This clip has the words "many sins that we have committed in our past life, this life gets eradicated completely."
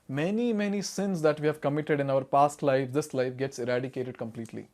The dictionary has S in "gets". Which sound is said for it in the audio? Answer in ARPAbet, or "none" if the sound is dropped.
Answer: S